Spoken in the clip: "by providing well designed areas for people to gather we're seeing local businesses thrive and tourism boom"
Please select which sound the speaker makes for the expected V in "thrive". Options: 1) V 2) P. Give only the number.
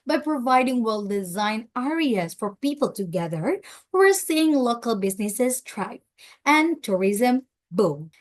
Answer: 2